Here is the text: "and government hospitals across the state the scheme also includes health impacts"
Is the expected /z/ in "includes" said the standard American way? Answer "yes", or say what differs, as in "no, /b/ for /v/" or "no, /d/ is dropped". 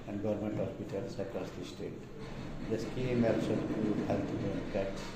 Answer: no, /z/ is dropped